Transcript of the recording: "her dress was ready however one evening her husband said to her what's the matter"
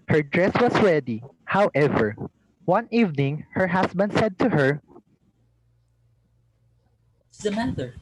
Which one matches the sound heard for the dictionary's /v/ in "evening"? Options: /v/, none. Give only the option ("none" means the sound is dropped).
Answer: /v/